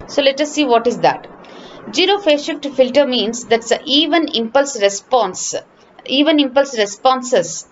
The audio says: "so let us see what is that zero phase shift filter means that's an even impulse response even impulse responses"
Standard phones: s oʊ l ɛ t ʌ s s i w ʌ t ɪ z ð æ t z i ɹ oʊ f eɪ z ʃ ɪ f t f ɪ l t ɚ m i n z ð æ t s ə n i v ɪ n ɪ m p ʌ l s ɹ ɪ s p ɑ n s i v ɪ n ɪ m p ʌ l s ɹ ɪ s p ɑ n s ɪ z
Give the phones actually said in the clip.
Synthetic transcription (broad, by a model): s oʊ l ɛ t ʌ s s i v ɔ t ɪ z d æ t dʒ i ɹ oʊ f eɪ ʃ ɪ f t f ɪ l t ɚ m i n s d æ t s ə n i v ɪ n ɪ m p ʌ l s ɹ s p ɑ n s i v ɪ n ɪ m p ʌ l s ɹ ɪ s p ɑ n s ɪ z